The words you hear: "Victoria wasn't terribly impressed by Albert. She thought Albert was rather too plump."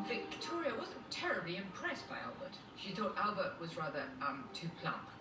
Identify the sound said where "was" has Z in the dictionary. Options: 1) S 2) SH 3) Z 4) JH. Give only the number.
3